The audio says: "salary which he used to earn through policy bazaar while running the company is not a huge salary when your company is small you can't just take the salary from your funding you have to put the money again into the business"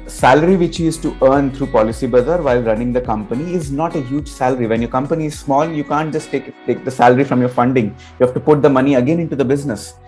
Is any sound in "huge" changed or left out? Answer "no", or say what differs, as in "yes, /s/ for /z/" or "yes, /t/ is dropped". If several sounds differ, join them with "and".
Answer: no